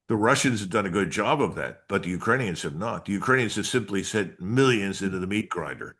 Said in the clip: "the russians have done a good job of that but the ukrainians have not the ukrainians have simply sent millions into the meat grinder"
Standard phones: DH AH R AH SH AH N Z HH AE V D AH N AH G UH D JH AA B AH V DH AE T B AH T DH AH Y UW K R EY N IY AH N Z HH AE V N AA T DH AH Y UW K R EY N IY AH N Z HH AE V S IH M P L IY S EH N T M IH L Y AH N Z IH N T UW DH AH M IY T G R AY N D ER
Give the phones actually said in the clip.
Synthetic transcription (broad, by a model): DH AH R AH SH AH N Z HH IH V D AH N AH G UH D JH AA B AH V DH AE T B AH T DH AH Y UW K R EY N IY AH N Z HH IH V N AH T DH AH Y UW K R EY N IY AH N Z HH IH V S IH M P L IY S EH T M IH L Y AH N Z IH N T UW DH AH M IY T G R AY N D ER